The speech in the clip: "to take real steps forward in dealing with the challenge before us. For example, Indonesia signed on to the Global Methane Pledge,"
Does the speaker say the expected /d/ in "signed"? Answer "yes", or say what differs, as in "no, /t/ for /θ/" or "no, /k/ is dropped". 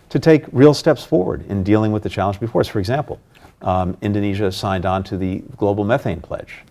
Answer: yes